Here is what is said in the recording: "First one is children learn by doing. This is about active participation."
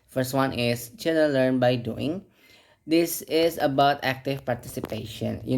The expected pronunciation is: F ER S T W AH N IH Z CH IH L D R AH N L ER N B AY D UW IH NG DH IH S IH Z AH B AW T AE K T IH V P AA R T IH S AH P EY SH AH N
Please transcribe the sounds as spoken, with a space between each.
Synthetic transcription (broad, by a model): F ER S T W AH N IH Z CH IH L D AH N L ER N B AY D UW IH NG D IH S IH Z AH B AW T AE K T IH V P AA R T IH S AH P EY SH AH N